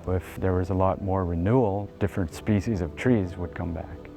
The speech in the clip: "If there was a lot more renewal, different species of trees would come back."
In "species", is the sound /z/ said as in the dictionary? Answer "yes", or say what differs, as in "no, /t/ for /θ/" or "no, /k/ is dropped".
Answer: yes